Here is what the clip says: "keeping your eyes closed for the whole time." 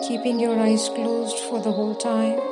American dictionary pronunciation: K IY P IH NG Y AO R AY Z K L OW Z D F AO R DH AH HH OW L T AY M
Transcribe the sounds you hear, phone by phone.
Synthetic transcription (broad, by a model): K IY P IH NG Y AO R AY Z K L OW Z D F AO R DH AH HH OW L T AY M